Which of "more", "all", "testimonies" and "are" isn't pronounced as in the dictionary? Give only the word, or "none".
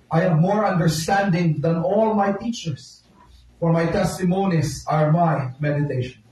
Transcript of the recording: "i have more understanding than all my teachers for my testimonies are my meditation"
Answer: testimonies